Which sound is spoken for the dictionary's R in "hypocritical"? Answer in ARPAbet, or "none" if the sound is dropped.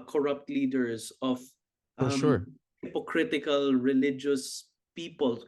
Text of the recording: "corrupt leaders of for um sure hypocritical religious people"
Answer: R